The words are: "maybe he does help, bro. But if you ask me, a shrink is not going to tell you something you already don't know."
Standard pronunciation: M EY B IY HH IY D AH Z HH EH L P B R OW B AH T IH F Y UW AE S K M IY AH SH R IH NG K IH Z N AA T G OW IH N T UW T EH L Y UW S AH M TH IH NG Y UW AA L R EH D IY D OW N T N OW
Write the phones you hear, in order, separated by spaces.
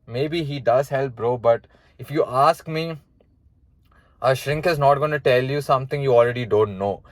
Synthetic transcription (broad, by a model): M EY B IY HH IY D AH Z HH EH L P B R OW B AH T IH F Y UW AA S K M IY AH SH R IH NG K IH Z N AA T G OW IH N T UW T EH L Y UW S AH M T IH NG Y UW AA L R EH D IY D OW N T N OW